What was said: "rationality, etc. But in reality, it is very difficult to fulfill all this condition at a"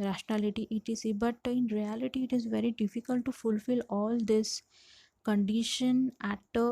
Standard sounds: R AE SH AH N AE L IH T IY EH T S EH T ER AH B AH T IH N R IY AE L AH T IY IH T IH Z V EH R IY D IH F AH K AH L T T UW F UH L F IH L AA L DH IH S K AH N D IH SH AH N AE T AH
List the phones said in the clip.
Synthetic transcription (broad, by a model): R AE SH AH N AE L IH T IY T IH T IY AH B AH T IH N R IY AE L AH T IY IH T IH Z V EH R IY D IH F AH K AH L T T UW F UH L F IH L AA L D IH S K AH N D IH SH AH N AE T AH